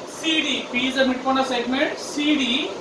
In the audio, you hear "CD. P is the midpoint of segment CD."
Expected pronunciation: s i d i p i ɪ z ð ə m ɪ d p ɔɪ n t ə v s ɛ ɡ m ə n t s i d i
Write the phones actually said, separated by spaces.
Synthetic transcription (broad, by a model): s i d i p i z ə m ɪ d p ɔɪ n ə s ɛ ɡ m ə n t s i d i